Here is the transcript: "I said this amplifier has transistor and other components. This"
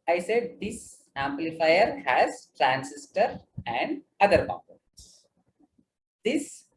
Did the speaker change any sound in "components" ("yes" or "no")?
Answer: yes